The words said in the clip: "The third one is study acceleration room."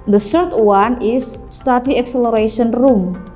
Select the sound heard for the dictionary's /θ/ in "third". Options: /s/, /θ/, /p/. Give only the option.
/s/